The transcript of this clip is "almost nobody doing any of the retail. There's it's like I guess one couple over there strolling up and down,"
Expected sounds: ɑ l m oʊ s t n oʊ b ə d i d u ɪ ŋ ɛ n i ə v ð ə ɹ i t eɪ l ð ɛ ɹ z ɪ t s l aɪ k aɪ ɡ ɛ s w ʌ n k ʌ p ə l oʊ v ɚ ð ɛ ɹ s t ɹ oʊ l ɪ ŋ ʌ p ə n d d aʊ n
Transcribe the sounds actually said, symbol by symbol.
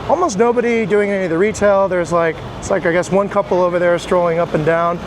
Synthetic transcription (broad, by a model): ɑ l m oʊ s t n oʊ b ə d i d u ɪ ŋ ɛ n i ð ə ɹ i t eɪ l ð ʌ ɹ z ɪ t s l aɪ k aɪ ɡ ɛ s w ʌ n k ʌ p l oʊ v ɚ ð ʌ ɹ s t ɹ oʊ l ɪ ŋ ʌ p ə n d d aʊ n